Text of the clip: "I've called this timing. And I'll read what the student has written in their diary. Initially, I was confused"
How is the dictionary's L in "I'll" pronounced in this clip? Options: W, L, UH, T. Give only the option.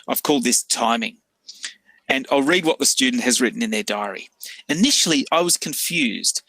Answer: L